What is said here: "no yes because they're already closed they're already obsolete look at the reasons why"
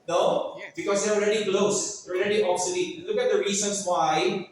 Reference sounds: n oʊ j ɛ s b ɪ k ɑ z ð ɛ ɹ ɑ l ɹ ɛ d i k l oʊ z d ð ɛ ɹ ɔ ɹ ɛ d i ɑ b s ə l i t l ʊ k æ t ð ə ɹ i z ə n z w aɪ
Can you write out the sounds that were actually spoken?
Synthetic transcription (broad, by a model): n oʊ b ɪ k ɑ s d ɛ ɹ ɑ l ɹ ɛ d i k l oʊ s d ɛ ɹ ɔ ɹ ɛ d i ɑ s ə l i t l ʊ k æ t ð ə ɹ i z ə n s w aɪ